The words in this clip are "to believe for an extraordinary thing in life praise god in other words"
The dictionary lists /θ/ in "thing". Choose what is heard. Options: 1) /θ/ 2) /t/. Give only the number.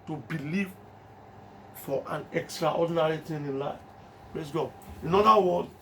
2